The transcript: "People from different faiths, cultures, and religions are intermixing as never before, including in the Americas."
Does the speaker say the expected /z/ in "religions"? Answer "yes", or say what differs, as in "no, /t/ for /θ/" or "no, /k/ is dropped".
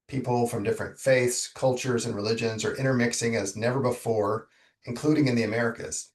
yes